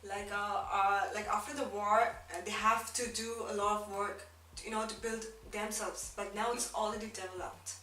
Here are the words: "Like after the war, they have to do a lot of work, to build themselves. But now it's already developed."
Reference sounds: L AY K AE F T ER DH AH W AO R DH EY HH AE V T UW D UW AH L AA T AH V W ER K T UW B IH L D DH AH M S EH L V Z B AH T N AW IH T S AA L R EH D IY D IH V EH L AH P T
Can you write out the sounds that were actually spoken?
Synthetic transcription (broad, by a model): L AY K AE F T ER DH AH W AO R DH EY HH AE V T UW D UW AH L AA T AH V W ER K T UW B IH L D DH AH M S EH L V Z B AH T N AW IH T S AA L R EH D IY D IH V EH L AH P T